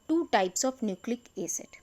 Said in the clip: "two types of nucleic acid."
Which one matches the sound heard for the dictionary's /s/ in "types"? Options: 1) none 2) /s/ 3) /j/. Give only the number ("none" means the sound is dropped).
2